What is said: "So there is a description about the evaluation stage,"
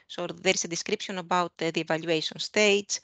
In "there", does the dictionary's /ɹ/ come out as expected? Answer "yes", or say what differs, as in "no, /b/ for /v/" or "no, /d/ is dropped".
yes